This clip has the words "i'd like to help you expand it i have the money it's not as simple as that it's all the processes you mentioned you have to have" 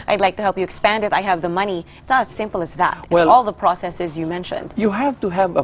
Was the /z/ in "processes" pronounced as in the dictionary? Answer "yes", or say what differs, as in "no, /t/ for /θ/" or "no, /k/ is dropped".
yes